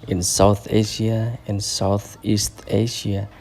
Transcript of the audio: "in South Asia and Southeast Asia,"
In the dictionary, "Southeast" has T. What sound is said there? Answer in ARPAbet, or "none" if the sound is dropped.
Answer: T